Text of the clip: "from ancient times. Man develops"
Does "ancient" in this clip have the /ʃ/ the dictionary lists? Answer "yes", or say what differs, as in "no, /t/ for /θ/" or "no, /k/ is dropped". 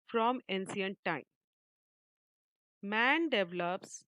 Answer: no, /s/ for /ʃ/